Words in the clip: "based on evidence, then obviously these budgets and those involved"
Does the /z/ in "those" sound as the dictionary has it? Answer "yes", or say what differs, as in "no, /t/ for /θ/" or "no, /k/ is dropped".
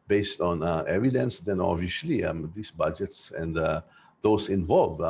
no, /s/ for /z/